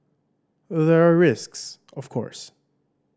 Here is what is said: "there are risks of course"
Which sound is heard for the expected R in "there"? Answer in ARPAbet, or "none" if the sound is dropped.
R